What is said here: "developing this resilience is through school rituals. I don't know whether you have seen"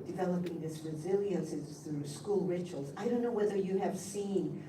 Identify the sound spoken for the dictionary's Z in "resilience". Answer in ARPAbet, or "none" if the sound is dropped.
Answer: Z